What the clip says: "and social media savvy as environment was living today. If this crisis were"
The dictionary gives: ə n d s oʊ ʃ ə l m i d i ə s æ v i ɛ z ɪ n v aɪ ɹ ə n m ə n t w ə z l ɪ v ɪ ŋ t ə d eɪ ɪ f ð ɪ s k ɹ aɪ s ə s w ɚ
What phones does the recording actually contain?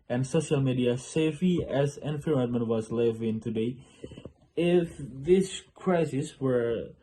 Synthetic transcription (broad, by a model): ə n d s oʊ ʃ ə l m i d i ə s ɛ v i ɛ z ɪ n f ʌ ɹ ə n m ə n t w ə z l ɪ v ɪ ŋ t ə d eɪ ɪ f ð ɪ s k ɹ aɪ s ə s w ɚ